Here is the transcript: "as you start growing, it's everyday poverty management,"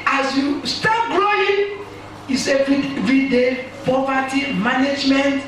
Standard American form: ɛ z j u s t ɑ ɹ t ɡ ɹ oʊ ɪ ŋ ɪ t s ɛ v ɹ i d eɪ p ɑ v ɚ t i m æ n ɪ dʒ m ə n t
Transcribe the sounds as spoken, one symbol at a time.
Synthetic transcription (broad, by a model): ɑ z j u s t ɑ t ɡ l oʊ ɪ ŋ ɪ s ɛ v ɹ i d eɪ p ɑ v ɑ t i m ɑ n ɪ dʒ m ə n t